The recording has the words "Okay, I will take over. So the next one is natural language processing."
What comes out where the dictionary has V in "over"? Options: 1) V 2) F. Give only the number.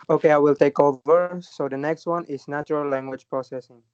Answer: 1